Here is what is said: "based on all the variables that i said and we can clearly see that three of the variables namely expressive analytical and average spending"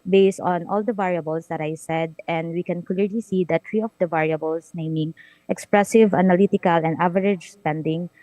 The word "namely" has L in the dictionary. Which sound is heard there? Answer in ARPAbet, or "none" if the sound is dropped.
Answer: none